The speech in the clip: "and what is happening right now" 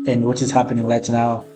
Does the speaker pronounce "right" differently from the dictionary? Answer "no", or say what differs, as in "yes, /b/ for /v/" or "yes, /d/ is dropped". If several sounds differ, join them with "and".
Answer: yes, /l/ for /ɹ/